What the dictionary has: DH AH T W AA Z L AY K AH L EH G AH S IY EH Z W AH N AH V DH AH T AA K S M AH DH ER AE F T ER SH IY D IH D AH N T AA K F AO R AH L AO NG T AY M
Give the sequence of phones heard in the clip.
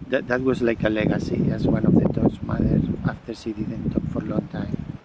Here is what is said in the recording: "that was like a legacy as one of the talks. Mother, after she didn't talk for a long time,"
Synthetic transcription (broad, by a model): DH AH T W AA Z L AY K AH L EH G AH S IY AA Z W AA N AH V DH AH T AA S M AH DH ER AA F T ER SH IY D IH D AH N T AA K F AO R L AO NG T AY M